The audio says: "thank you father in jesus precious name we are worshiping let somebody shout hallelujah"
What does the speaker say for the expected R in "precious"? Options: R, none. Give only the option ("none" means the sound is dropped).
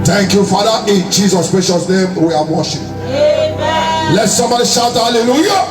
none